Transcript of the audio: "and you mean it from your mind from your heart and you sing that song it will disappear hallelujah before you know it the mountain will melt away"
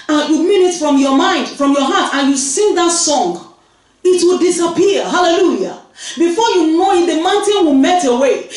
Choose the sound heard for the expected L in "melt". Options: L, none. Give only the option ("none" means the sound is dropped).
none